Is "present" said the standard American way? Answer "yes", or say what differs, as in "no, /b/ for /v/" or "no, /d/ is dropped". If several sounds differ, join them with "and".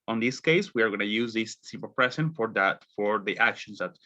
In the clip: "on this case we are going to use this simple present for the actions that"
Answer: no, /s/ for /z/